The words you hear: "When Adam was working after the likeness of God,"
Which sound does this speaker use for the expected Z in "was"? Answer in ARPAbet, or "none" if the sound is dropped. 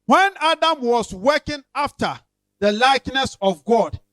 S